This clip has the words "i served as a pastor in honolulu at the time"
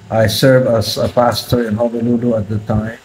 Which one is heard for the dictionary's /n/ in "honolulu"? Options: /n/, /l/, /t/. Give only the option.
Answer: /l/